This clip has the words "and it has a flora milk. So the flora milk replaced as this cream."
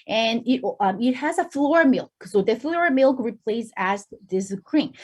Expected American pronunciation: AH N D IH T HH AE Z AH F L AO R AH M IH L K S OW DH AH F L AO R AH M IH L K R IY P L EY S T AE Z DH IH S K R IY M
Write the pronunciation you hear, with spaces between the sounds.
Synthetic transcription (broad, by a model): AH N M IH T HH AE Z AH F L AO R AH M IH L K S OW DH AH F L AO R AH M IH L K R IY P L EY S AE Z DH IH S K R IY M